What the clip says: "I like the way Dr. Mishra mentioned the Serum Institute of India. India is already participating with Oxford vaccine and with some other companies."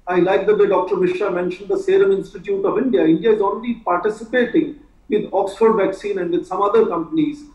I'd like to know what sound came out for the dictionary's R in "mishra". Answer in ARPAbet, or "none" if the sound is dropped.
none